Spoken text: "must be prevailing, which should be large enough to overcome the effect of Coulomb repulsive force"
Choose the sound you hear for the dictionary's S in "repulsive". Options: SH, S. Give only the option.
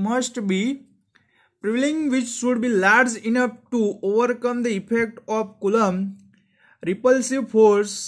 S